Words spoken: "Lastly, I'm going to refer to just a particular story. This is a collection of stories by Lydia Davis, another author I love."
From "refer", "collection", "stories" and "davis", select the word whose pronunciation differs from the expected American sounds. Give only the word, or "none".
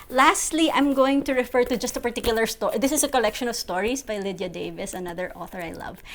stories